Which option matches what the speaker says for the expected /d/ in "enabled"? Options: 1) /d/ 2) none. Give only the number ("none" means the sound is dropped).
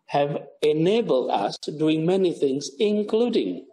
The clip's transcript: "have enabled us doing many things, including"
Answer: 1